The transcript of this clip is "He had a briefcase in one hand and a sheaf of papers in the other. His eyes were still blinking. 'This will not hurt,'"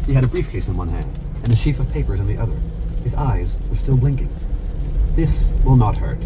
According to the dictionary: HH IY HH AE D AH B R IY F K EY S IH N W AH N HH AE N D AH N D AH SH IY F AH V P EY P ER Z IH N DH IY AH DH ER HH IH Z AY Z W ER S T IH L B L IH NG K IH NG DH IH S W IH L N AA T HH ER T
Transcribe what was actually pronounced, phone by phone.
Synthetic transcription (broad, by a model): HH IY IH D AH B R IY F K EY S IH N W AH N HH AE N D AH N AH SH IY F AH V P EY P ER Z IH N DH IY AH DH ER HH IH Z AY Z W ER S T IH L B L IH NG K IH NG DH IH S W IH L N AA T HH ER T